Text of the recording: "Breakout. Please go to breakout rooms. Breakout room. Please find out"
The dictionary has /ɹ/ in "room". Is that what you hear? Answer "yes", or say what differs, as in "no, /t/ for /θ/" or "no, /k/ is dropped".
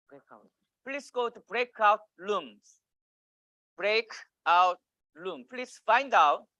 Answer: no, /l/ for /ɹ/